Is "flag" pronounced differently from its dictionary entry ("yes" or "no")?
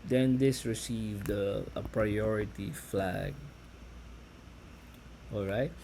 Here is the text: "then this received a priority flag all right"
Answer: no